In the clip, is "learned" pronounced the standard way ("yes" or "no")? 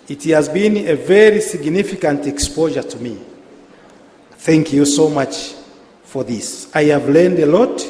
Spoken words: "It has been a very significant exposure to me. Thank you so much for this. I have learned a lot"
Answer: yes